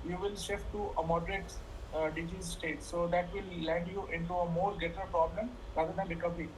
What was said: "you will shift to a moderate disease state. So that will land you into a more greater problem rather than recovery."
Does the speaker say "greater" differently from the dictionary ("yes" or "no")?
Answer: yes